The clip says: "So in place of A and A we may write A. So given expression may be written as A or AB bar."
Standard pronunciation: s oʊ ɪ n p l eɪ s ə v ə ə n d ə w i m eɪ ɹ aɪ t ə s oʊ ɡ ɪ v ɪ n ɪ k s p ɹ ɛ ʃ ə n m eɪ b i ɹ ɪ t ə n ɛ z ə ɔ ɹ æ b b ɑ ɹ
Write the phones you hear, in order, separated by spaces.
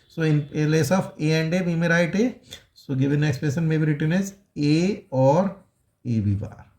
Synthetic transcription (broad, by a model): s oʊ ɪ n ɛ l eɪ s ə f ə ə n d ə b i m eɪ ɹ aɪ t ə s oʊ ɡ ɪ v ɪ n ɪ k s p ɛ s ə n m eɪ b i ɹ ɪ t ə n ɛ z ə ɔ ɹ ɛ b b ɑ ɹ